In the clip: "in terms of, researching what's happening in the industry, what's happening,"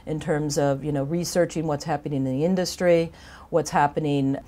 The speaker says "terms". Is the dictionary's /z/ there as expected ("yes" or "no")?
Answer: yes